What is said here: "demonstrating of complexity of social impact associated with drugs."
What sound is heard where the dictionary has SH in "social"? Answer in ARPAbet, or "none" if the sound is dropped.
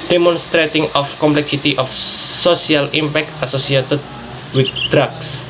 S